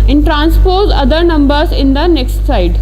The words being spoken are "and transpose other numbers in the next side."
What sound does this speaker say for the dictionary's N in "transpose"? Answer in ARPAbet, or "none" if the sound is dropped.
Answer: N